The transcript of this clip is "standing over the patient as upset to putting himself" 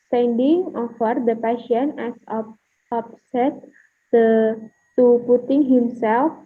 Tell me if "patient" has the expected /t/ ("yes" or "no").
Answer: no